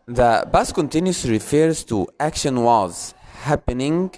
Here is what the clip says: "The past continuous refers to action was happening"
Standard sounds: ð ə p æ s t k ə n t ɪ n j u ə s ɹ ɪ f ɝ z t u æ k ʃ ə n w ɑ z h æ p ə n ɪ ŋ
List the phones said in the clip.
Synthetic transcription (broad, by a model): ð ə b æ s k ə n t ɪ n j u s ɹ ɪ f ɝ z t u æ k ʃ ə n w ɑ z h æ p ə n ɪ ŋ